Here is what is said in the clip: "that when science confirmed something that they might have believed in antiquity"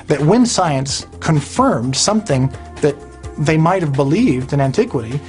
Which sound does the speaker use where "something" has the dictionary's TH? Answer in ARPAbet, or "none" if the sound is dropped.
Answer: TH